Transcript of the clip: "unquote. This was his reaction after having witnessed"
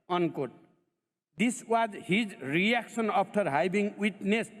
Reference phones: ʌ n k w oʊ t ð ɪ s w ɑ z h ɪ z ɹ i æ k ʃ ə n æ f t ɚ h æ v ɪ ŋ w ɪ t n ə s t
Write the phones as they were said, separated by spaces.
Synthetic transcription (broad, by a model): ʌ n k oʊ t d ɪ s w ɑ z h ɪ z ɹ i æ k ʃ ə n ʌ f t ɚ h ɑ b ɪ ŋ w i t n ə s